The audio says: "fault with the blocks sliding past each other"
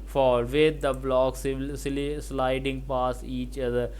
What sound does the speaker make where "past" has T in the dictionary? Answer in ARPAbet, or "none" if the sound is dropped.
none